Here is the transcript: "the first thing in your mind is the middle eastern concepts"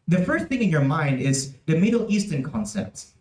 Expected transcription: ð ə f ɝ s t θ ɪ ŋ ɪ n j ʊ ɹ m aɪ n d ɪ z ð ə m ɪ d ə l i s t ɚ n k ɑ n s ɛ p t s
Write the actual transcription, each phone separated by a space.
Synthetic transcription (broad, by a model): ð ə f ɝ s t θ ɪ ŋ ɪ n j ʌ ɹ m aɪ n d ɪ z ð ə m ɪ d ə l i s t ɚ n k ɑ n s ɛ p t s